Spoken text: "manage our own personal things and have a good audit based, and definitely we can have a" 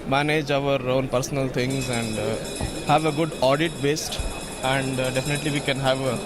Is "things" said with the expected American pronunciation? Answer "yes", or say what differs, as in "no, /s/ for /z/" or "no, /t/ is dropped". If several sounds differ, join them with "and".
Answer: no, /t/ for /θ/